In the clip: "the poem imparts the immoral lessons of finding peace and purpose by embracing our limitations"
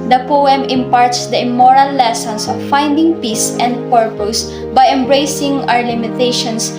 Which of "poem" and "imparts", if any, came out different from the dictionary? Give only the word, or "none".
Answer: none